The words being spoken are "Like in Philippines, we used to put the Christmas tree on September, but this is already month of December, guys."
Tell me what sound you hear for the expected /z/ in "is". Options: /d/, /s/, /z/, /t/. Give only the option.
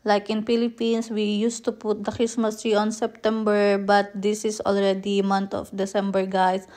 /s/